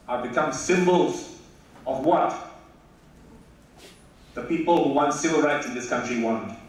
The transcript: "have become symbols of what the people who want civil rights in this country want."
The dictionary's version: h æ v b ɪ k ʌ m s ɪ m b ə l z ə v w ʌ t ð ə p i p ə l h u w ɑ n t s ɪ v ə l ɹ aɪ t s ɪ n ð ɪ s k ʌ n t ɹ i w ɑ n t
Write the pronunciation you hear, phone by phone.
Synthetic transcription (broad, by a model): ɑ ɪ b ɪ k ʌ m s ɪ m b ə l z ə v w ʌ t ð ə p i p ə l h u w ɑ n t s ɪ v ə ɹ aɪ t ɪ n ð ɪ s k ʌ n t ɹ i w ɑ n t